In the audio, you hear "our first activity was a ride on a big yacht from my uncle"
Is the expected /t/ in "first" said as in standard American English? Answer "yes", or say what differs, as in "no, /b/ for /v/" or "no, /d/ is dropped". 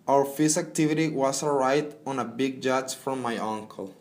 no, /t/ is dropped